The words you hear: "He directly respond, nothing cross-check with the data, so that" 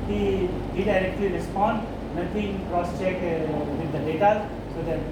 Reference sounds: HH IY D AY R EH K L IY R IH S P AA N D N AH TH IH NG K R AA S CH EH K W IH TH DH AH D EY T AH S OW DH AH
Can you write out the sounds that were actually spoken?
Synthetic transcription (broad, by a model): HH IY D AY R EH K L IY R IH S P AA N D N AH T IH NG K R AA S CH EH K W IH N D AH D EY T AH S OW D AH